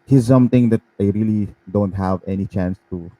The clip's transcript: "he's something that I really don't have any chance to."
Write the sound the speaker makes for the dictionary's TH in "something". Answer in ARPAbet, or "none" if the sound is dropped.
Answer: T